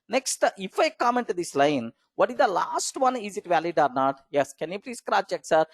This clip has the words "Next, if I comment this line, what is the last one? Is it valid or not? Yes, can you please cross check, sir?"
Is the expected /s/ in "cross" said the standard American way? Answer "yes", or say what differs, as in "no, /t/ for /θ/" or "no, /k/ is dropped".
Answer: no, /s/ is dropped